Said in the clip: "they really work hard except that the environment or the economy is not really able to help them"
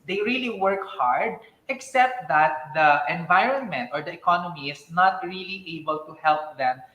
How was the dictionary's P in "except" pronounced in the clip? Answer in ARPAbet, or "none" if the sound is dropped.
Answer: P